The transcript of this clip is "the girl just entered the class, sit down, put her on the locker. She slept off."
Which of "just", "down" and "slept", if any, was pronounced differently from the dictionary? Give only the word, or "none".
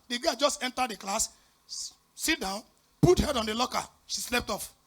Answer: none